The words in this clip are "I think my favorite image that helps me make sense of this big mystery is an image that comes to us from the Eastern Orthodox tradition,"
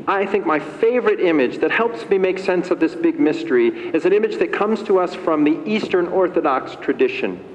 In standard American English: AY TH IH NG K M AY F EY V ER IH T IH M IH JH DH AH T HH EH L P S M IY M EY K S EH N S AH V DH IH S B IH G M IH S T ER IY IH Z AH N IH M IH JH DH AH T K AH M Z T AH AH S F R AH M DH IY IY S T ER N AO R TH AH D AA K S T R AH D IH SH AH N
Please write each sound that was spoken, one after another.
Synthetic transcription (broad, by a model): AY TH IH NG K M AY F EY V ER IH T IH M IH JH DH AH T HH EH L P S M IY M EY K S EH N S AH V DH IH S B IH G M IH S T ER IY IH Z AH N IH M IH JH DH AH T K AH M Z T AH AH S F R AH M DH IY IY S T ER N AO R TH AH D AA K S T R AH D IH SH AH N